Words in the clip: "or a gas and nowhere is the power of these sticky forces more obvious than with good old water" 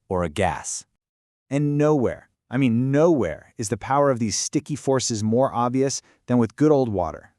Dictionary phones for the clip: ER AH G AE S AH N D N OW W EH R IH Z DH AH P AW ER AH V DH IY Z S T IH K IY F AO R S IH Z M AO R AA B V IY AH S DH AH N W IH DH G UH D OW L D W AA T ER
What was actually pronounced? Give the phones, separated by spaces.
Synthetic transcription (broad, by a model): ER AH G AE S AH N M N OW W EH R IH Z DH AH P AW ER AH V DH IY Z S T IH K IY F AO R S IH Z M AO R AA B V IY AH S DH AH N W IH DH G UH D OW L D W AA T ER